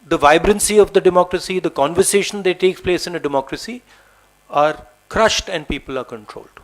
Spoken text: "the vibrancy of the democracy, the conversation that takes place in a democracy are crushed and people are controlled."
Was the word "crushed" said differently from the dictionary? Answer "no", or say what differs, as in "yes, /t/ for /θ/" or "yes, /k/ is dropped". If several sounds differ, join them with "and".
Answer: no